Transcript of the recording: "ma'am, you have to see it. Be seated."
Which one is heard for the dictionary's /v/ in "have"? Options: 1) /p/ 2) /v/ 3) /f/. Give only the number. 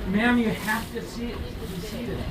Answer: 3